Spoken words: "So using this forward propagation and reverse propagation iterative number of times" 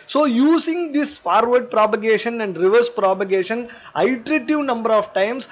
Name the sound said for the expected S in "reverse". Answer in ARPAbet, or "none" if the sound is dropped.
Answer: S